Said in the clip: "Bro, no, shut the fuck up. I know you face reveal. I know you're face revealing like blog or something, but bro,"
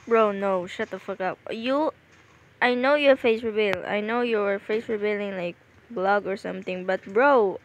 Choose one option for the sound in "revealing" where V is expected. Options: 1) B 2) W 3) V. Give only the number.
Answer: 1